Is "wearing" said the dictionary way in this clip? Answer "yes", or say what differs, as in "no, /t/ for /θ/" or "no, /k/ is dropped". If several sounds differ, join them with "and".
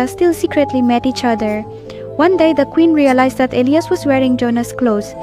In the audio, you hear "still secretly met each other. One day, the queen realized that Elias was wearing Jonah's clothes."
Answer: yes